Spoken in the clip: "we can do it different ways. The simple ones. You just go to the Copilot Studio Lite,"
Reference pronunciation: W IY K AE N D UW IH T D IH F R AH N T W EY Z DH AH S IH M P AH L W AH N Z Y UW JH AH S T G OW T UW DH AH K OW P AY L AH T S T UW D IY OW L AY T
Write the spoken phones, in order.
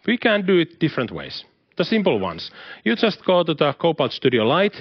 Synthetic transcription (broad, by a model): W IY K AE N D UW IH T D IH F R AH N T W EY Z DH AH S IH M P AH L W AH N S Y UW JH AH S T G OW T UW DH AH K OW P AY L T S T UW D IY OW L AY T